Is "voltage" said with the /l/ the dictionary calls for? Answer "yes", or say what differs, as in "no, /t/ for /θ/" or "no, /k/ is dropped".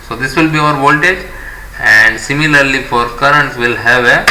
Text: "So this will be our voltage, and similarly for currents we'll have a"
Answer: yes